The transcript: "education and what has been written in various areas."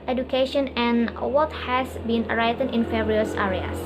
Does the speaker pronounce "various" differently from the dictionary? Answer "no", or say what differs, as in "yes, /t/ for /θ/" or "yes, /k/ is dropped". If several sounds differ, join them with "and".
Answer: yes, /f/ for /v/